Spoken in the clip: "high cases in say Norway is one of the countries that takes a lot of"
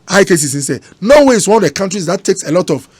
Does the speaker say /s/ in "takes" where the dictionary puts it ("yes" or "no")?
yes